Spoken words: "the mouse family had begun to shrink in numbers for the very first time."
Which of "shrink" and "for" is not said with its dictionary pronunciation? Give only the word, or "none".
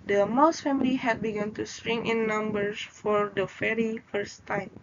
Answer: shrink